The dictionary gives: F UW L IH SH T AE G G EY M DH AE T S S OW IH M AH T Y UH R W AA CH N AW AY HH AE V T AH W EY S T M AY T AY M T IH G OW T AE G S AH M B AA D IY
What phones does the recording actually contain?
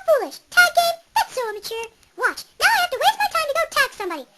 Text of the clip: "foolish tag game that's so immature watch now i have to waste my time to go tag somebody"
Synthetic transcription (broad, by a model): F UW L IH SH T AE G G EY M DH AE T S S OW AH M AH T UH R W AA CH N AW AY HH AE F T AH W EY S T M AY T AY M T IH G OW T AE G S AH M B AA D IY